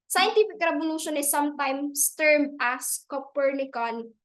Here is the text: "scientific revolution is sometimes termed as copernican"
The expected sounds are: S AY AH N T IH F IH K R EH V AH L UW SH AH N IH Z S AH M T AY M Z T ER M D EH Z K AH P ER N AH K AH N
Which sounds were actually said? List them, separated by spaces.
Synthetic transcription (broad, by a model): S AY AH N T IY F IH K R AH B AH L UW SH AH N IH S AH M T AY M S T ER M AA S K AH P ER N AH K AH N